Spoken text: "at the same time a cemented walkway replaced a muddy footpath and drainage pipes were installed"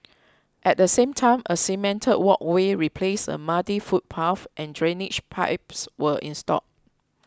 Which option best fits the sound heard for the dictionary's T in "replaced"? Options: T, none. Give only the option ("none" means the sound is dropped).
none